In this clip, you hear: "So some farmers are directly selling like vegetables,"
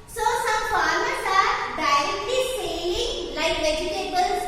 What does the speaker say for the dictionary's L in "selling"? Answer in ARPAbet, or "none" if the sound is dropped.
none